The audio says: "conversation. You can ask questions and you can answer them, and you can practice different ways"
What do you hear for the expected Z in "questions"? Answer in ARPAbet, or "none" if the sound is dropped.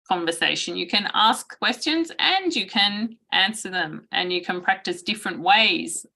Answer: Z